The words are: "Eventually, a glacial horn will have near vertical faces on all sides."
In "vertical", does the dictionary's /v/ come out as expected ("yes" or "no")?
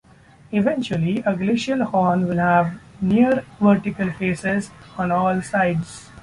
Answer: yes